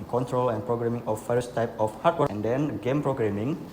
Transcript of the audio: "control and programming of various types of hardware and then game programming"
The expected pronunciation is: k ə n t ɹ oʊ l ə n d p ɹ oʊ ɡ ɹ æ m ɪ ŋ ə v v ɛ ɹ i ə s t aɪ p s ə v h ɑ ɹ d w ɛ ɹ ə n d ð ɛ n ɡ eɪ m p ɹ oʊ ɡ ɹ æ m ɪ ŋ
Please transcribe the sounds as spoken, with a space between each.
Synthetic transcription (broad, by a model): k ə n t ɹ oʊ l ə n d p ɹ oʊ ɡ ɹ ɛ m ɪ ŋ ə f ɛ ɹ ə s t aɪ p ə f h ɑ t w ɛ ə n d ɛ n ɡ eɪ m p ɹ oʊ ɡ ɹ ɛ m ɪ ŋ